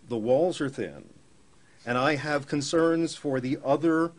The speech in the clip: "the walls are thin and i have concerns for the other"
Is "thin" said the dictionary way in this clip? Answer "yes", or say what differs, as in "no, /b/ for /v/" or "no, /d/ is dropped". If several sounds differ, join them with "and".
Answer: yes